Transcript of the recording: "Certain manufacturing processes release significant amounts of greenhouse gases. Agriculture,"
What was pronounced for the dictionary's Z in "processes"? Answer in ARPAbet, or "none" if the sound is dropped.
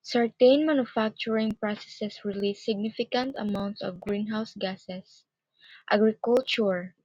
S